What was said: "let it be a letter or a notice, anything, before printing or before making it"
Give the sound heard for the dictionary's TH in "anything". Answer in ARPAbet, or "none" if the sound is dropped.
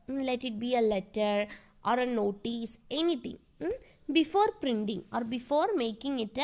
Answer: T